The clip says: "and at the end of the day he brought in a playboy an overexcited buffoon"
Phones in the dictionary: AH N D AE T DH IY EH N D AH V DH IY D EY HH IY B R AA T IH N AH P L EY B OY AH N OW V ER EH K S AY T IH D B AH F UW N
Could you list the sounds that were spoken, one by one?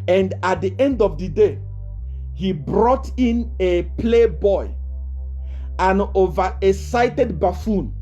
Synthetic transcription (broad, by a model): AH N D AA T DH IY EH N D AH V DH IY D EY HH IY B R AA T IH N AH P L EY B OY AH N OW V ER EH S AY T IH D B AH F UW N